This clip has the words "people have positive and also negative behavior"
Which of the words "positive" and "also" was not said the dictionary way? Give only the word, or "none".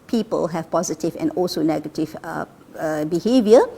none